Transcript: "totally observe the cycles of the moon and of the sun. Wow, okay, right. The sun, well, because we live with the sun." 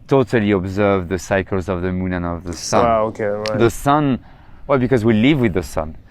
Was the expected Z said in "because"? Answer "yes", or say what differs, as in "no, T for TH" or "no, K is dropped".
yes